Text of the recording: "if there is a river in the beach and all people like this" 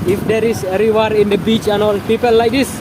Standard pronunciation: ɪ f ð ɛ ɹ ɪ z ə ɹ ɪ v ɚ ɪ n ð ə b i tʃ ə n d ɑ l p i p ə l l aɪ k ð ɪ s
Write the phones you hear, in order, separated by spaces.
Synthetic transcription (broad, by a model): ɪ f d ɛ ɹ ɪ s ə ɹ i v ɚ ɪ n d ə b i tʃ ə n ɑ l p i p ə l l aɪ k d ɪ s